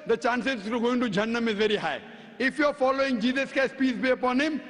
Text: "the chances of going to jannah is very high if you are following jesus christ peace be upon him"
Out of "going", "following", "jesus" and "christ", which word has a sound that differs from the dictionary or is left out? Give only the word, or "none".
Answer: christ